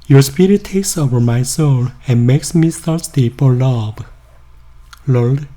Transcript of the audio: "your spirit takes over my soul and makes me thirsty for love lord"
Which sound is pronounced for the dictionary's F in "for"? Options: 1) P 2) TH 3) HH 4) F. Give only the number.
1